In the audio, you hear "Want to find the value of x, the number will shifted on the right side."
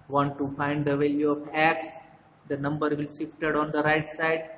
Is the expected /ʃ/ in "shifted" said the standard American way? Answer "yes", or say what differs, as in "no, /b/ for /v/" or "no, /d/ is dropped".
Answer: no, /s/ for /ʃ/